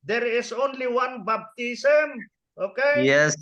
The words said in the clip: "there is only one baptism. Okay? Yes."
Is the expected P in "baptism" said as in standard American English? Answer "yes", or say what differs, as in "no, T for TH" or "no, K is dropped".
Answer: no, B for P